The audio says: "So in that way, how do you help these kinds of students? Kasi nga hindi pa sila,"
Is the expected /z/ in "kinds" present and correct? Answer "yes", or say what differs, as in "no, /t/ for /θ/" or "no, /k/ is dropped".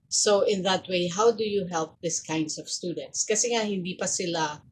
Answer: no, /s/ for /z/